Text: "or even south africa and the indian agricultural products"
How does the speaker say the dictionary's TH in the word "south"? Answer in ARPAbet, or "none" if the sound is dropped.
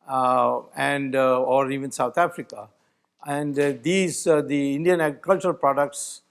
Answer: T